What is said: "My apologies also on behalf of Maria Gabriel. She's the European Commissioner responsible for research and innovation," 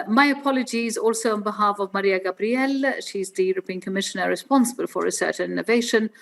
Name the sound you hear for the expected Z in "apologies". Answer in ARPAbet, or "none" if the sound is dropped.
Z